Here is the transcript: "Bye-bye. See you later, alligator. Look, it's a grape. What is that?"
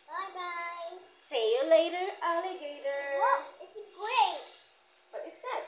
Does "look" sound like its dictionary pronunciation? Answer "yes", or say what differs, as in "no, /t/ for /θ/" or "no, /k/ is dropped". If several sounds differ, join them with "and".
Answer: no, /w/ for /l/ and /k/ is dropped